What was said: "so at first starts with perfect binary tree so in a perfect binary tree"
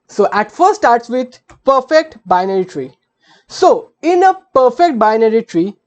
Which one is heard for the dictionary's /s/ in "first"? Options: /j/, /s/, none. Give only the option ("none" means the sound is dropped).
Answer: none